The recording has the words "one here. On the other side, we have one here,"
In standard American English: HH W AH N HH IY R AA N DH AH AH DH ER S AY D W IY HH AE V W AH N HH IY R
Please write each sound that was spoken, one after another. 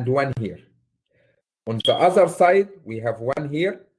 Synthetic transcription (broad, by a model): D W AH N HH IY R AA N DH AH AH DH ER S AY D W IY HH AE V W AH N HH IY R